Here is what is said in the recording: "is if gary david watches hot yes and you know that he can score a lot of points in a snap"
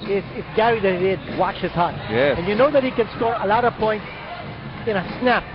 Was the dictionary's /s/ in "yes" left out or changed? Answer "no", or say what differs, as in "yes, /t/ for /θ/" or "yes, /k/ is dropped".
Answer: yes, /s/ is dropped